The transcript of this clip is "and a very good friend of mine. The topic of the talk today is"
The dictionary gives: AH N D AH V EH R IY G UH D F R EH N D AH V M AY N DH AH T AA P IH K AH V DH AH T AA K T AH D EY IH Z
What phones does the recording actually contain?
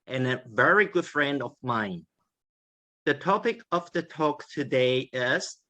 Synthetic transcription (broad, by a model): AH N AH V EH R IY G UH D F R EH N D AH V M AY N DH AH T AA P IH K AH V DH AH T AA K T AH D EY IH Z